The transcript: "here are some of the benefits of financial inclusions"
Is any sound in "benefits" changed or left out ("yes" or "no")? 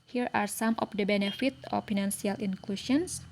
yes